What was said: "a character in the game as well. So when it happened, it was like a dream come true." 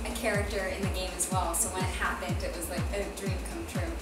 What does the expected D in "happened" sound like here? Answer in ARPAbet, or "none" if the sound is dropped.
D